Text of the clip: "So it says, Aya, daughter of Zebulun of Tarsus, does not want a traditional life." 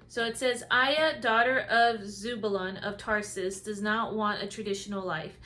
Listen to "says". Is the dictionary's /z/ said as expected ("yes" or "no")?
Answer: yes